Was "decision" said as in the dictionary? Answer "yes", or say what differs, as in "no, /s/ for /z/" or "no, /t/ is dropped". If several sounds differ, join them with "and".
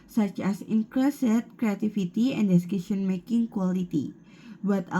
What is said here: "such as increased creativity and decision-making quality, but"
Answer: no, /ʃ/ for /ʒ/